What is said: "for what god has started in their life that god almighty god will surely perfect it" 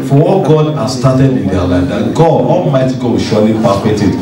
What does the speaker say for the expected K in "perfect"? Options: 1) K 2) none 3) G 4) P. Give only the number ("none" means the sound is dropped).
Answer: 2